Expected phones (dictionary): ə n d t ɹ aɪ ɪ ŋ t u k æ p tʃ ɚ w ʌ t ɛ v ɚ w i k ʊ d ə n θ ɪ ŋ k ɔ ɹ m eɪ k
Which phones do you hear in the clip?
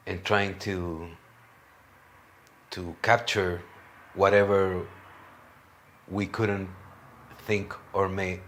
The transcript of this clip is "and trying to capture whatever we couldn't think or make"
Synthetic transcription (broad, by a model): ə n t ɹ aɪ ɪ ŋ t u k æ p tʃ ɚ w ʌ t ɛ v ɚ w i k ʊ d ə n θ ɪ ŋ k ɔ ɹ m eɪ